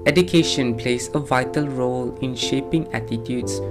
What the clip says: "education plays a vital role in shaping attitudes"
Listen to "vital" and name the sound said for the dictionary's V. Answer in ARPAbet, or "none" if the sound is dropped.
V